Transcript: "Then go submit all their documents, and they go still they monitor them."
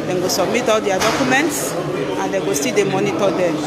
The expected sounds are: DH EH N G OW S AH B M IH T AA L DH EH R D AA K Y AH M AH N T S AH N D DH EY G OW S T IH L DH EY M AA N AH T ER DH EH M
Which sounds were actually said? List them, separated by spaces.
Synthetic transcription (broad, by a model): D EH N G OW S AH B M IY T AA L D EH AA D AA K Y AH M AH N T S AH N D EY G OW S T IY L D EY M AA N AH T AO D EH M